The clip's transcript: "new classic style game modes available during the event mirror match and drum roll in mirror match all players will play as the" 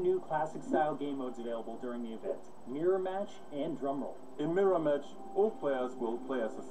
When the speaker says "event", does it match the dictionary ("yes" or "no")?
yes